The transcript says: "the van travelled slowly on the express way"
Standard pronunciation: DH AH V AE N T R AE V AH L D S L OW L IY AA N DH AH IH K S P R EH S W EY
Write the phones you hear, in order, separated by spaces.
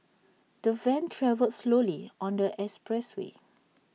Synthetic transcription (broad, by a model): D AH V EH N T R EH V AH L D S L OW L IY AA N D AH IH S P R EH S W EY